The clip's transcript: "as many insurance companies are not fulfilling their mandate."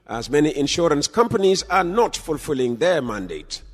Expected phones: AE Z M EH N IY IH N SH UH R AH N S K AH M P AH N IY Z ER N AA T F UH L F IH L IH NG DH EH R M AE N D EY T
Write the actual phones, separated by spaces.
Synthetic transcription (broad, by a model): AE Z M EH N IY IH N SH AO R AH N S K AH M P AH N IY Z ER N AA T F UH L F IH L IH NG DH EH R M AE N D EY T